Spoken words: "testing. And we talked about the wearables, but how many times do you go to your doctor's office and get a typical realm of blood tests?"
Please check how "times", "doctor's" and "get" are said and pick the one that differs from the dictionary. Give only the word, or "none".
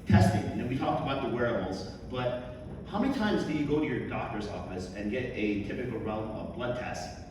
none